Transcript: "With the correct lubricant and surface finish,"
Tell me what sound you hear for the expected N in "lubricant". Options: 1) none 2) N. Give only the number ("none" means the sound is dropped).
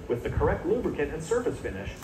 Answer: 1